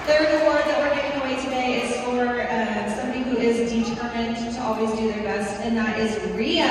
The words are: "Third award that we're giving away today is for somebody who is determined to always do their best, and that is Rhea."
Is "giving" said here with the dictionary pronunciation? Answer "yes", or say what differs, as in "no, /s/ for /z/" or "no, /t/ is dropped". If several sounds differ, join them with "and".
no, /v/ is dropped